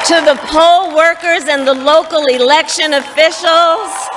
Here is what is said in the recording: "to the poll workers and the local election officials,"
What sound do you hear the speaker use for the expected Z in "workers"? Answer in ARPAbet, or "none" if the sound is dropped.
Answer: Z